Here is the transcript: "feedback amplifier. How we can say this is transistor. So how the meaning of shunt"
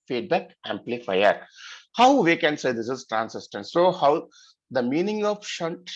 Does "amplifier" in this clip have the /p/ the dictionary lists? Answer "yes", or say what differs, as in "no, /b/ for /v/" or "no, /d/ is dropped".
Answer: yes